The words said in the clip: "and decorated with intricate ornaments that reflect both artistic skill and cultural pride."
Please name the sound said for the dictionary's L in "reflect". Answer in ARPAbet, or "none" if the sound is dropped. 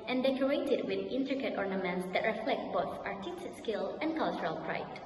L